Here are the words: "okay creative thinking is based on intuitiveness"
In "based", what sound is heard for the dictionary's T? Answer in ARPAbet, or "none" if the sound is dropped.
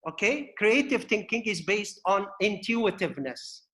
T